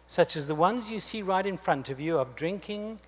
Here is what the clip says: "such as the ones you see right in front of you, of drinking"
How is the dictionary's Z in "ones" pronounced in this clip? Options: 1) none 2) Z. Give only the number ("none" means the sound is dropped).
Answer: 2